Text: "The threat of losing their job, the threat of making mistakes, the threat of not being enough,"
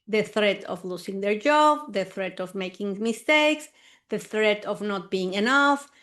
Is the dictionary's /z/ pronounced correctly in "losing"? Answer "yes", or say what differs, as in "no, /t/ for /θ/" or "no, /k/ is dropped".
no, /s/ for /z/